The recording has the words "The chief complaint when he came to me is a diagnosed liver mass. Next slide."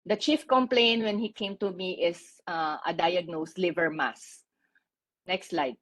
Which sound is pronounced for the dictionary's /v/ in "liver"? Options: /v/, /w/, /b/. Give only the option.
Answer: /v/